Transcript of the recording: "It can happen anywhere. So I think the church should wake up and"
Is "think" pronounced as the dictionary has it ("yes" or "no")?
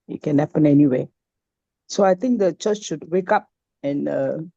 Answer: no